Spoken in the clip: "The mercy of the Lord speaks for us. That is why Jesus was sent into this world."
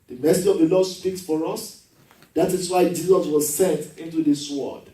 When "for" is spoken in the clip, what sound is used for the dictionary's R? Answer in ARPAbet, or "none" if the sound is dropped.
R